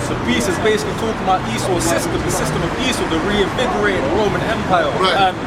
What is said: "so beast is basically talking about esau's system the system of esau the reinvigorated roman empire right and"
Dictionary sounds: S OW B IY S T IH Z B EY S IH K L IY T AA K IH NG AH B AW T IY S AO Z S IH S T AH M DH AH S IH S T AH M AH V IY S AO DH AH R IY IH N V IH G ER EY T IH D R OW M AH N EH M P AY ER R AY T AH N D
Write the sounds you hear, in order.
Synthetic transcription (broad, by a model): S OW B IY S IH Z B EY S IH K L IY T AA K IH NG AH B AW T IY S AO S IH S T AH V DH AH S IH S T AH M AH V IY S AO DH AH R IY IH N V IH G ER EY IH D R OW M AH N EH M P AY AY AH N